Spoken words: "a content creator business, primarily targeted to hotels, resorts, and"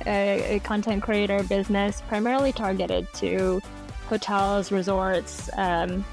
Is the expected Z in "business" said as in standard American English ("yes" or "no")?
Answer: yes